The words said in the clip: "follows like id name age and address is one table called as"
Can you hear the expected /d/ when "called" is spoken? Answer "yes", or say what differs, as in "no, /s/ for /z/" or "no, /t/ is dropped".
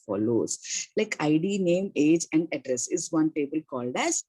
yes